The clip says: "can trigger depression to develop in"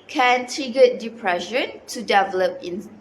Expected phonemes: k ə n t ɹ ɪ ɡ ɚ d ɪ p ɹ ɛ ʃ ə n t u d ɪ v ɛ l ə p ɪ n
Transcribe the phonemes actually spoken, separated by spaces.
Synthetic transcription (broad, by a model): k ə n t ɹ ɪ ɡ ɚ d ɪ p ɹ ɛ ʃ ə n t u d ɪ v ɛ l ə p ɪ n